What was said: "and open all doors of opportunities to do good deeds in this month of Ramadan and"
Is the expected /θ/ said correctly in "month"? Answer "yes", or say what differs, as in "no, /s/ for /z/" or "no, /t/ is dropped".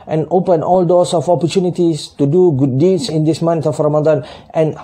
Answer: no, /t/ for /θ/